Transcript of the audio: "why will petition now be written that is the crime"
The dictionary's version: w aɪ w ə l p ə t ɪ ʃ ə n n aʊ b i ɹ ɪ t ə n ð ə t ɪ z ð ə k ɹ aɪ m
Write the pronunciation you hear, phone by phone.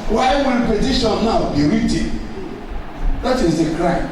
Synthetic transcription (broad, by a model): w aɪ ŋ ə n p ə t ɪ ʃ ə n n aʊ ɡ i ɹ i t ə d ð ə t ɪ z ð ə k ɹ aɪ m